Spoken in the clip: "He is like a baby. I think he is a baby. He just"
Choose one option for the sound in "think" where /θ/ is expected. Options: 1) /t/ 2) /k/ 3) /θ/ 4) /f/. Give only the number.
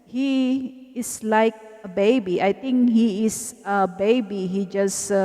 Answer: 1